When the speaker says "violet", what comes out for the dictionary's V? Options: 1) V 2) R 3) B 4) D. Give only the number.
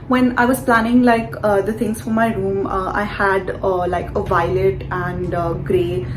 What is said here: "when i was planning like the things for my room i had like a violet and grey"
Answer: 1